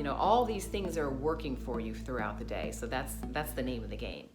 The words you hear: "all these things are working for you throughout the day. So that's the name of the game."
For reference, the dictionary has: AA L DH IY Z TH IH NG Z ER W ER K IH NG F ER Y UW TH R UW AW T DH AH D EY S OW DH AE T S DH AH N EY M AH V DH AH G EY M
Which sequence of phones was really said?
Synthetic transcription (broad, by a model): AA L DH IY Z TH IH NG Z ER W ER K IH NG F ER Y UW TH R UW AW T DH AH D EY S OW DH AE T S DH AH N EY M AH V DH AH G EY M